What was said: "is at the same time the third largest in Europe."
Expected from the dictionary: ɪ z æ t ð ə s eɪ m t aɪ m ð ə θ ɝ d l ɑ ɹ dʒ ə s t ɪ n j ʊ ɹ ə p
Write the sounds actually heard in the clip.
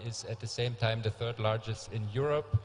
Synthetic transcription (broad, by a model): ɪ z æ t ð ə s eɪ m t aɪ m ð ə θ ɝ d l ɑ ɹ dʒ ə s t ɪ n j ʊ ɹ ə p